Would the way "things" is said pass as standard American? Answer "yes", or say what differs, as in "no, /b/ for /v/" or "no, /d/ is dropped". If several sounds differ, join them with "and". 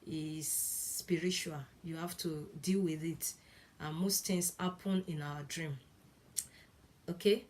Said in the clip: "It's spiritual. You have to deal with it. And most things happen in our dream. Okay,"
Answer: no, /t/ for /θ/